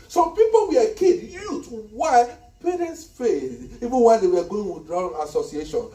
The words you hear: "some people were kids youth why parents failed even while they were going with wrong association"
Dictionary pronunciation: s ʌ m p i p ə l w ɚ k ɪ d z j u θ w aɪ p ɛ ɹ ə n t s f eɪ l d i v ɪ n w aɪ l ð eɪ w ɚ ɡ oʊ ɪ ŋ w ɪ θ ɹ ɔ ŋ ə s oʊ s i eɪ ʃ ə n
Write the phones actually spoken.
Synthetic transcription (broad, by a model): s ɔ m p i p ə l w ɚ k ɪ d j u t w aɪ p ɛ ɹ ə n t s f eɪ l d i v ɪ n w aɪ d eɪ w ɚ ɡ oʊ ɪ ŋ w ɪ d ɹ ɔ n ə s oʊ s i eɪ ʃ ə n